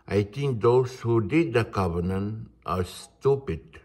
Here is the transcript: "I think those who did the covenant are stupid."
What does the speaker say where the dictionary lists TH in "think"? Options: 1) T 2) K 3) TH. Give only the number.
1